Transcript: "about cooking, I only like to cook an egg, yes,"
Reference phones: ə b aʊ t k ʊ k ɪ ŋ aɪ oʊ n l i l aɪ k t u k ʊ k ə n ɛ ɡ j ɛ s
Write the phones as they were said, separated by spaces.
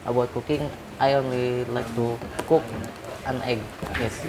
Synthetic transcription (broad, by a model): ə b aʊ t k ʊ k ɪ ŋ aɪ oʊ n l i l aɪ k t u k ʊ k ə n ɛ ɡ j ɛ s